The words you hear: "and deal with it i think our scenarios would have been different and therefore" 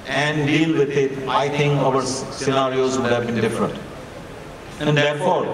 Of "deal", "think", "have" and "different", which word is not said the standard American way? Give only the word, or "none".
think